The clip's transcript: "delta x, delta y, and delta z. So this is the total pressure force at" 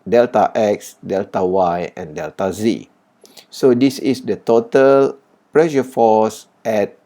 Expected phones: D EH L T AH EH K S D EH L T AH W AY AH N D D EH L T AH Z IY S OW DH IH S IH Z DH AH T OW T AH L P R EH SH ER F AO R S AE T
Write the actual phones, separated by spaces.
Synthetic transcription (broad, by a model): D EH L T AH EH K S D EH L T AH W AY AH N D D EH L T AH Z IY S OW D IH S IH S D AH T OW T AH L P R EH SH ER F AO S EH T